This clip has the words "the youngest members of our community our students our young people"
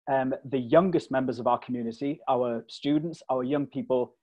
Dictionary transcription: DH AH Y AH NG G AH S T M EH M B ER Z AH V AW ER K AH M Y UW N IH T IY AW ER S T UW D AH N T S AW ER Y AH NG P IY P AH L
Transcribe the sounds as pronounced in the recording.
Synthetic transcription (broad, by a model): DH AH Y AH NG G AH S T M EH M B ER Z AH V AW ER K AH M Y UW N IH T IY AW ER S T UW D N T S AW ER Y AH NG P IY P AH L